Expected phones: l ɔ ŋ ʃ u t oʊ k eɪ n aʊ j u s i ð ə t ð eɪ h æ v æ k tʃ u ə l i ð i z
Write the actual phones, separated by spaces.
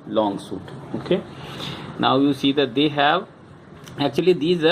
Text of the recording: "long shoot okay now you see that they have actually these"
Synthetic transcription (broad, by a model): l ɔ ŋ s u t oʊ k eɪ n aʊ j u s i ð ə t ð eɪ h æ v æ k tʃ u ə l i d i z